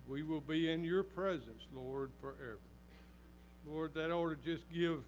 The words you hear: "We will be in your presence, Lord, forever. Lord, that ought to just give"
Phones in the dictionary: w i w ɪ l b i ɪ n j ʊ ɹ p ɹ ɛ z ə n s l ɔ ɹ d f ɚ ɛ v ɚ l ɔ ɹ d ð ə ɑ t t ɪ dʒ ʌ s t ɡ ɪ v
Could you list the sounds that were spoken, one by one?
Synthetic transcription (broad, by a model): w i w ɪ l b i ɪ n j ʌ ɹ p ɹ ɛ z ə n s l ɔ ɹ d f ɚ ɛ v ɚ l ɔ ɹ d ð ə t t ɪ dʒ ʌ s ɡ ɪ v